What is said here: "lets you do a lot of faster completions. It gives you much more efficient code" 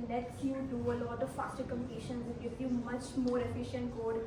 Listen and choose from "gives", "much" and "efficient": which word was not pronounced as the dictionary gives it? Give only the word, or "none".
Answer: gives